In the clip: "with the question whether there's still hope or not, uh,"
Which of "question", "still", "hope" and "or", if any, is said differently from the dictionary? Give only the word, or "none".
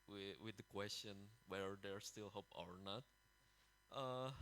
none